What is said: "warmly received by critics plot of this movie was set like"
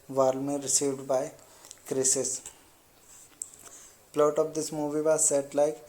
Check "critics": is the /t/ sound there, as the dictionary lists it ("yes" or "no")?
no